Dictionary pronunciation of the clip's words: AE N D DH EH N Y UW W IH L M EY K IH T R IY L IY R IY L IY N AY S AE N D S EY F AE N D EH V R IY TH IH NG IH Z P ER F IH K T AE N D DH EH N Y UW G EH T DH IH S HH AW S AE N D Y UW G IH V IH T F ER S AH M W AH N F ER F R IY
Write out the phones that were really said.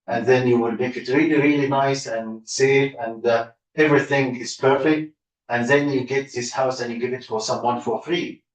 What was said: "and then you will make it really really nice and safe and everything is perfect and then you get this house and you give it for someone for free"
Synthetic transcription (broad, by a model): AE N DH EH N Y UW W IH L M EY K IH T R IY L IY R IY L IY N AY S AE N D S EY F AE N D EH V R IY TH IH NG IH Z P ER F IH K T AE N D DH EH N Y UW G EH T DH IH S HH AW S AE N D Y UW G IH V IH T F ER S AH M W AH N F ER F R IY